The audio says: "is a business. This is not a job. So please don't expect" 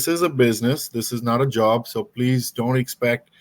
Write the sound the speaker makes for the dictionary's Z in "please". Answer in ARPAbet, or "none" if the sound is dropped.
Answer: Z